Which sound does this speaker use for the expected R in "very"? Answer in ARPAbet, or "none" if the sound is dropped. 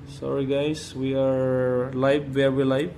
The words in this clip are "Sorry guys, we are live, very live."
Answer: W